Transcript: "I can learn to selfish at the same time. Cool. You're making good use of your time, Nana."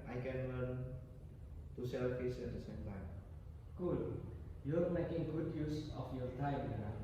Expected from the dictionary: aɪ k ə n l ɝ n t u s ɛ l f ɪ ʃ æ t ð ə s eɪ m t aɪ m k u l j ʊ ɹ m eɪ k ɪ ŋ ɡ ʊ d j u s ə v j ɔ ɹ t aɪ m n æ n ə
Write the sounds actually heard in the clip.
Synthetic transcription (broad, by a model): aɪ k ə n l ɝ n t u s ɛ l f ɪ s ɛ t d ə s eɪ m t aɪ m k u l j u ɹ m eɪ k ɪ ŋ ɡ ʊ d j u s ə f j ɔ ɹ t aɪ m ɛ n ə